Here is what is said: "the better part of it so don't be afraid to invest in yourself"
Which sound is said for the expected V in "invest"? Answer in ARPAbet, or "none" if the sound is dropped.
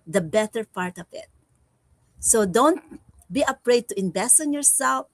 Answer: B